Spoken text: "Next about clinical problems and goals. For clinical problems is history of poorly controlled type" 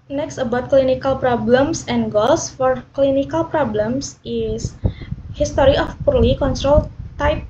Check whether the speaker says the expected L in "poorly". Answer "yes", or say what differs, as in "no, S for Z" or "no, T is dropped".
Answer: yes